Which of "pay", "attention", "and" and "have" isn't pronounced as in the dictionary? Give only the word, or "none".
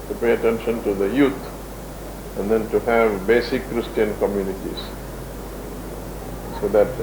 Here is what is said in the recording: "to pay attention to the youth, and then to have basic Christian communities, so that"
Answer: none